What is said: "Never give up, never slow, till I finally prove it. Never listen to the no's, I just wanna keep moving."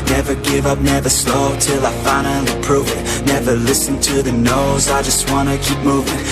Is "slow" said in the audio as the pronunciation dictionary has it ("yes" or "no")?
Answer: yes